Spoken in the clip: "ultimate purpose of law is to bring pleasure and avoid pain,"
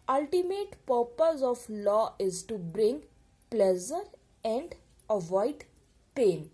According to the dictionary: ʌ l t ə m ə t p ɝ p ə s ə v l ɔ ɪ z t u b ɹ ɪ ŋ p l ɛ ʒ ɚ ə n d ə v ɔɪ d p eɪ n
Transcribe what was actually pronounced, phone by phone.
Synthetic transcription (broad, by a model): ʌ l t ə m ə t p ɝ p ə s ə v l ɔ ɪ z t u b ɹ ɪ ŋ p l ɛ z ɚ ə n d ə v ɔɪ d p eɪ n